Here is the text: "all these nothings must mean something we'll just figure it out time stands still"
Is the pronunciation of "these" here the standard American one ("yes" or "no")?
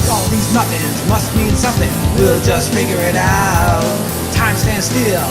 yes